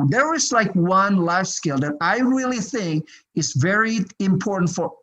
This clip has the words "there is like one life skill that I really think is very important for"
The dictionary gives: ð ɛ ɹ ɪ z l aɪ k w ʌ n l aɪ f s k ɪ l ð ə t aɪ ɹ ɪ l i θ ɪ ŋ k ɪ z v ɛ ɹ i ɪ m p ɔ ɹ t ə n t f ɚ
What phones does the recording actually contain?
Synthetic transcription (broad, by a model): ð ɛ ɹ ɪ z l aɪ k w ʌ n l aɪ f s k ɪ l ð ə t aɪ ɹ ɪ l i θ ɪ ŋ k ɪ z v ɛ ɹ i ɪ m p ɔ ɹ t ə n t f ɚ